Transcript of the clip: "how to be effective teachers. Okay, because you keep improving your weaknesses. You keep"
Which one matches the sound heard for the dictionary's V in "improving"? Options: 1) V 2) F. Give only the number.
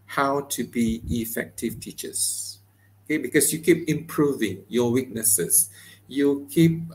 1